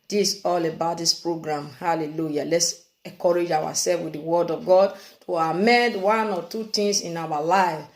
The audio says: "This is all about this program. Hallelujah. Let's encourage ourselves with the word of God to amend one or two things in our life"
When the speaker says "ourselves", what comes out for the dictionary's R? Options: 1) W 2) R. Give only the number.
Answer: 1